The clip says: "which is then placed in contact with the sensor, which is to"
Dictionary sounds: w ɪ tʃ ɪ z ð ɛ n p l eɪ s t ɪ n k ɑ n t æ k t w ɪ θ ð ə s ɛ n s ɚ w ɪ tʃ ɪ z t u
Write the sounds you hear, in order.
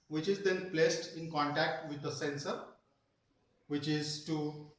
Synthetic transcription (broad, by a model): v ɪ tʃ ɪ z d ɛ n p l eɪ s t ɪ n k ɑ n t æ k t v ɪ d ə s ɛ n s ɚ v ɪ tʃ ɪ z t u